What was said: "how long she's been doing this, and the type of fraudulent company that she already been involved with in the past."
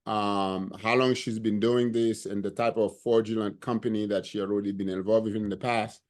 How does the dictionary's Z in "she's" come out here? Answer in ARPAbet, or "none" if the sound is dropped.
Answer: Z